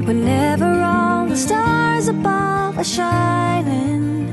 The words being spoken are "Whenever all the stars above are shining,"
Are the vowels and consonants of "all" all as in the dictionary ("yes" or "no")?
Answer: no